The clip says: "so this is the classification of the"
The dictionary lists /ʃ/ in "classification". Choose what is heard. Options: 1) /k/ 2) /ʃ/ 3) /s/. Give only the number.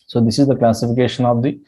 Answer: 2